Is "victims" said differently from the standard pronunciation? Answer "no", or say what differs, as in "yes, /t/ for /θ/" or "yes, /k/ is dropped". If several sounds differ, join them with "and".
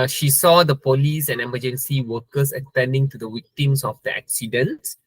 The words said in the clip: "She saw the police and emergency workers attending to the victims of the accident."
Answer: yes, /w/ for /v/ and /s/ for /z/